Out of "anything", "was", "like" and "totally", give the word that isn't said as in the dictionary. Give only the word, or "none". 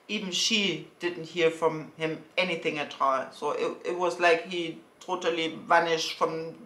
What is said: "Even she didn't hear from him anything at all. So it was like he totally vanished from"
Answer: none